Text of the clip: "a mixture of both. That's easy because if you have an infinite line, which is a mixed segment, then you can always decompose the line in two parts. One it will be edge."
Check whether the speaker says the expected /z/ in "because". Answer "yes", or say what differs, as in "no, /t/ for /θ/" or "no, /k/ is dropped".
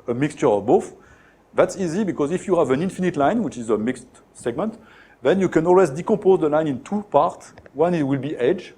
yes